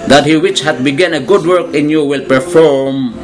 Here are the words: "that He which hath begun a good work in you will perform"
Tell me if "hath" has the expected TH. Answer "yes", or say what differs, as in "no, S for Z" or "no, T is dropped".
no, T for TH